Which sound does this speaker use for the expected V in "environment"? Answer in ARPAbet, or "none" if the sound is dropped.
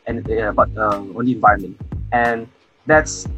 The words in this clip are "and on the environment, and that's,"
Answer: V